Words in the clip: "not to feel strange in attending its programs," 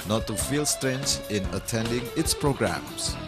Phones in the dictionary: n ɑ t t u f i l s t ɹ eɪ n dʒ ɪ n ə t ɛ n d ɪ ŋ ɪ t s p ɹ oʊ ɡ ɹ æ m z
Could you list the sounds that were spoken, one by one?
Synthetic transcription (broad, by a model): n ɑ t t u f i l s t ɹ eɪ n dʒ ɪ n ə t ɛ n d ɪ ŋ ɪ t s p ɹ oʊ ɡ ɹ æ m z